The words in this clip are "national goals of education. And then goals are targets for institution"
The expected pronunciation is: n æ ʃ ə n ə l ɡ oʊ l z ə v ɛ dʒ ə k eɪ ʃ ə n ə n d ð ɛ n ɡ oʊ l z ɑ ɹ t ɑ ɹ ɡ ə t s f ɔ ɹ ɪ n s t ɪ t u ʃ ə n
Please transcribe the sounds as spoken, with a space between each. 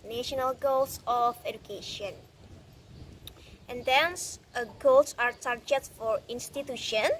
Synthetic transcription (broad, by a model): n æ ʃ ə n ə l ɡ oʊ l s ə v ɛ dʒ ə k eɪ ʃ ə n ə n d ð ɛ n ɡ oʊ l s ɑ ɹ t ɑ ɹ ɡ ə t f ɔ ɹ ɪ n s t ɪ t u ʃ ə n